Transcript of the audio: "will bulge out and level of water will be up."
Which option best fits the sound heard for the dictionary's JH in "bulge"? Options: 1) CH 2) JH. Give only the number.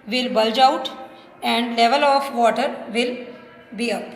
2